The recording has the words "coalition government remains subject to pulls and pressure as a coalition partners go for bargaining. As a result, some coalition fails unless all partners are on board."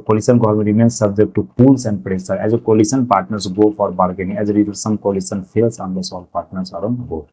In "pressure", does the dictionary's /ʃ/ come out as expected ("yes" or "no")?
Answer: no